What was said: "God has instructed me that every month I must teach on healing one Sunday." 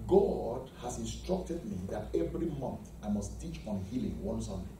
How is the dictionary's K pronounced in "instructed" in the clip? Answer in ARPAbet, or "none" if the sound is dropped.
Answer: K